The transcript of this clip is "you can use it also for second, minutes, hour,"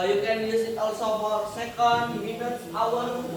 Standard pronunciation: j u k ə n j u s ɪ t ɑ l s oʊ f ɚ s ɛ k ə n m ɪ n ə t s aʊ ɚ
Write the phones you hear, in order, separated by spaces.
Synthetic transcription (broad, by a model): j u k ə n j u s ɪ t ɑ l s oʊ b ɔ s ɛ k ə n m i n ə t aʊ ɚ